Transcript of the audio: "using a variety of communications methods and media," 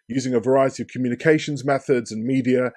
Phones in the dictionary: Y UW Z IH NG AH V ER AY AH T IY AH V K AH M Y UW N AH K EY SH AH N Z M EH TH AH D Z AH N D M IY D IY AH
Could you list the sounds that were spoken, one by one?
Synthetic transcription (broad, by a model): Y UW Z IH NG AH V ER AY AH T IY AH V K AH M Y UW N AH K EY SH AH N Z M EH TH AH D Z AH N M IY D IY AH